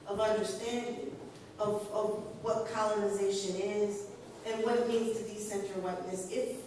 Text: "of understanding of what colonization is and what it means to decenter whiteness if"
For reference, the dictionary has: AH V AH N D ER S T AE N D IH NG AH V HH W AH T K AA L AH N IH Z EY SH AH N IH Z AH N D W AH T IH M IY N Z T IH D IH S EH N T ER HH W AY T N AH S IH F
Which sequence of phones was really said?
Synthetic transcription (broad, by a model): AH V AH N D ER S T AE N D IH NG AH V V W AH T K AA L AH N IH Z EY SH AH N IH Z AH N W AH T M IY N Z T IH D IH S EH N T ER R W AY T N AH S IH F